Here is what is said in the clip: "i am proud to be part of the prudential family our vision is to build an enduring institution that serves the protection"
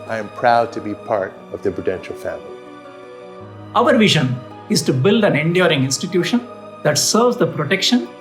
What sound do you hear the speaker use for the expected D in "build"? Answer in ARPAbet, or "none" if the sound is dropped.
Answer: D